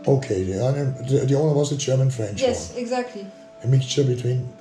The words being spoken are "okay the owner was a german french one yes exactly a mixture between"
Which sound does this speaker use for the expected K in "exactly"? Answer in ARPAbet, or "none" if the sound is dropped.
K